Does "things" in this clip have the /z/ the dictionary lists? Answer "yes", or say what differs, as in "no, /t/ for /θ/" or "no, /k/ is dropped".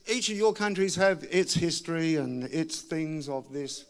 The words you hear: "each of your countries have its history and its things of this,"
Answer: yes